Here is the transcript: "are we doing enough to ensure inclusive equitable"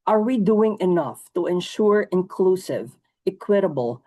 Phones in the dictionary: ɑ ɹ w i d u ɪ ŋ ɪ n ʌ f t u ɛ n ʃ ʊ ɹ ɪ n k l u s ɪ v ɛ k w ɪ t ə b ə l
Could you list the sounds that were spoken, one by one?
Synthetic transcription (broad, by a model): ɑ ɹ w i d u ɪ ŋ ɪ n ʌ f t u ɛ n ʃ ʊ ɹ ɪ n k l u s ɪ v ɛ k w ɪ t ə b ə l